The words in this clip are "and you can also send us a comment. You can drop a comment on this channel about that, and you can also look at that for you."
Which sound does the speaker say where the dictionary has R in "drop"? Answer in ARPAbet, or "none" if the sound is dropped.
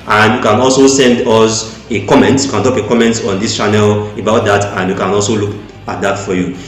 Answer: none